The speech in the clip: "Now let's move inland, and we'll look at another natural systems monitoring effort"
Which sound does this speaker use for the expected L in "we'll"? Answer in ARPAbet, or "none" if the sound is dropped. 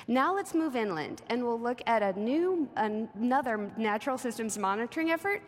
L